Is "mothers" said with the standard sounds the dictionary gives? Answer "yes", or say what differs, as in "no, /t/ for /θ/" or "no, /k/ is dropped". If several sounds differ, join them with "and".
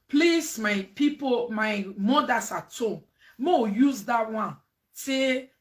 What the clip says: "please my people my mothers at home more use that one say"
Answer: no, /s/ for /z/